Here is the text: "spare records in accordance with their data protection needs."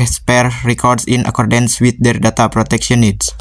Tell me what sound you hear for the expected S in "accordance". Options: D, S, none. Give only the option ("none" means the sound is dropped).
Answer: S